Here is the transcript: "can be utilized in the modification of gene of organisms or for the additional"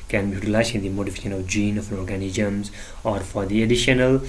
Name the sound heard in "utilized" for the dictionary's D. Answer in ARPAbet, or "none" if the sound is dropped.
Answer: none